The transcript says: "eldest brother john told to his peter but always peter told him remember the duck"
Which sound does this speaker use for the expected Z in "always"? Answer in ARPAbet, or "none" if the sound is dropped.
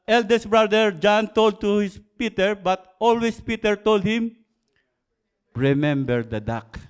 S